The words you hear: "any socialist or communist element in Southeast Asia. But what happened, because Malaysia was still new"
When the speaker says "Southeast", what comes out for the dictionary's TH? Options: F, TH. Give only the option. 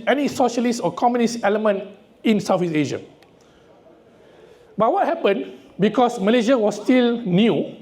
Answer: F